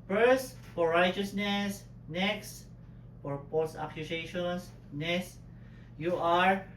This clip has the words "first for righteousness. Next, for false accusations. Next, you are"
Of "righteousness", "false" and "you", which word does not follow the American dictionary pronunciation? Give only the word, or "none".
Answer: false